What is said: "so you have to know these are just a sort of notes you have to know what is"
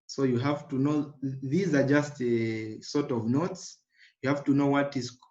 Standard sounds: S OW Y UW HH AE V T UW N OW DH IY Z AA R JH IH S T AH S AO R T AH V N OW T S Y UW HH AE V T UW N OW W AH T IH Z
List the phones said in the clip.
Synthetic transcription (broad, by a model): S OW Y UW HH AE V T UW N OW DH IY Z AA R JH IH S T AH S AO R T AH V N OW T S Y UW HH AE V T UW N OW W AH T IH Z